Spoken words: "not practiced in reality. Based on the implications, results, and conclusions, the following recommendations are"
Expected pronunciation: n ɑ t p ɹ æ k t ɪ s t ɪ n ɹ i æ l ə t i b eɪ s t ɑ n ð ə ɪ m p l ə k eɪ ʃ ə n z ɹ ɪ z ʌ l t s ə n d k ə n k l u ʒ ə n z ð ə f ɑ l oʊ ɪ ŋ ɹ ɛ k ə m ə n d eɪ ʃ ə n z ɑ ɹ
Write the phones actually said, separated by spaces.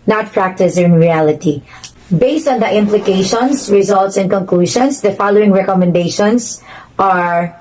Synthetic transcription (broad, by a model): n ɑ t p ɹ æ k t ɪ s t ɪ n ɹ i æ l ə t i b eɪ s t ɑ n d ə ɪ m p l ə k eɪ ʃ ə n s ɹ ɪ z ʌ l t s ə n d k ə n k l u ʃ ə n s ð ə f ɑ l oʊ ɪ ŋ ɹ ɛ k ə m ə n d eɪ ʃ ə n s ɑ ɹ